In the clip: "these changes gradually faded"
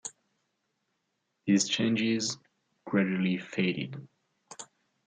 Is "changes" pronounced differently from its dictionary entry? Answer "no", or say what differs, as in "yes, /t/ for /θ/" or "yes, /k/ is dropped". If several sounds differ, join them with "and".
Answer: no